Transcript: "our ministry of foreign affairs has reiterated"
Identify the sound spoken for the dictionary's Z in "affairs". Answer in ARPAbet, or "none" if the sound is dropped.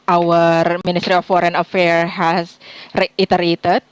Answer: none